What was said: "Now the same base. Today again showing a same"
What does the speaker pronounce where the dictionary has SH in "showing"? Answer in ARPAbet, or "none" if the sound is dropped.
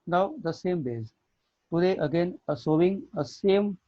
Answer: S